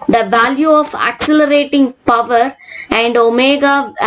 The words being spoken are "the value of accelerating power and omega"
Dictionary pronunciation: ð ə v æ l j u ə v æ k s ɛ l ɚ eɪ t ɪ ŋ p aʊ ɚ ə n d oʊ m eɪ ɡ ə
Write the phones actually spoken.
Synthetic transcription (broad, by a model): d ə v æ l j u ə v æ k s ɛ l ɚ eɪ t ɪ ŋ p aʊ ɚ ə n d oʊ m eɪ ɡ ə